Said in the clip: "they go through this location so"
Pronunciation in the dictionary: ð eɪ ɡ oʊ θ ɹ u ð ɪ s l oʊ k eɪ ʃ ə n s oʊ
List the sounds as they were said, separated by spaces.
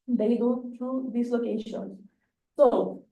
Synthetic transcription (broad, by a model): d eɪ ɡ oʊ t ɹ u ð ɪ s l oʊ k eɪ ʃ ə n s oʊ